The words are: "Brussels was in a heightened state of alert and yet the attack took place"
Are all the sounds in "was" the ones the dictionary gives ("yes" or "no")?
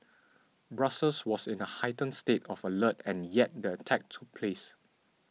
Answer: no